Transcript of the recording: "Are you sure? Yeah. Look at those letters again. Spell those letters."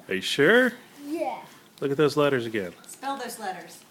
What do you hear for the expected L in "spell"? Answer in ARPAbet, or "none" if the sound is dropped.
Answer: L